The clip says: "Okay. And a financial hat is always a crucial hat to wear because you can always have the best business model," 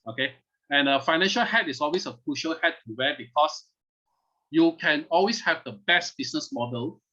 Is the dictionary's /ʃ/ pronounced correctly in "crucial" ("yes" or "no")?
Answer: yes